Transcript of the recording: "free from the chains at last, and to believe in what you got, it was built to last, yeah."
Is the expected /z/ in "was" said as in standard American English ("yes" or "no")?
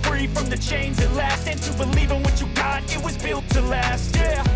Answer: yes